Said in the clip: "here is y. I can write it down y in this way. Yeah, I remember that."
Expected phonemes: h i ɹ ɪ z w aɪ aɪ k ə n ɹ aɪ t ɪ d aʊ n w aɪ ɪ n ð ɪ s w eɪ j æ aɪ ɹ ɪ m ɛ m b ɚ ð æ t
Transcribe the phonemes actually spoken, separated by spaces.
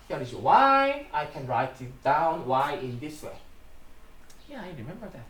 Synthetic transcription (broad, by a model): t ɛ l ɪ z w aɪ aɪ k ə n ɹ aɪ t ɪ d aʊ n w aɪ ɪ n ð ɪ s w eɪ j æ aɪ ɹ ɪ m ɛ m b ɚ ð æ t